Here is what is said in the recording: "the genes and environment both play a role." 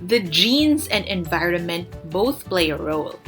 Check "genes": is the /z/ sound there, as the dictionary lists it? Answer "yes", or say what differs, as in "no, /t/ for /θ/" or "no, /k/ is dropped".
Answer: yes